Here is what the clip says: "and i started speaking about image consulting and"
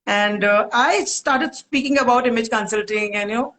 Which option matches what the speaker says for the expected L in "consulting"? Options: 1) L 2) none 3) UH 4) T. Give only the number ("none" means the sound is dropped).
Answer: 1